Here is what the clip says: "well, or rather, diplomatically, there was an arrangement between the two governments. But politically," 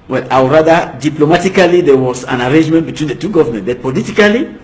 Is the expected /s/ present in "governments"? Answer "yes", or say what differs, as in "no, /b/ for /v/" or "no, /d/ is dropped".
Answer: no, /s/ is dropped